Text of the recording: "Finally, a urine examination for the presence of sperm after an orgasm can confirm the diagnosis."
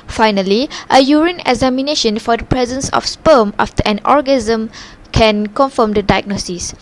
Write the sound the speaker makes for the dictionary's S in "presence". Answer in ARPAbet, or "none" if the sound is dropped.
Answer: S